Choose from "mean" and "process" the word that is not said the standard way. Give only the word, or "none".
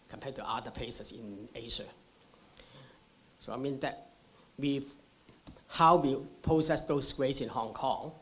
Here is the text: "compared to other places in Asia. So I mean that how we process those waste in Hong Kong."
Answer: process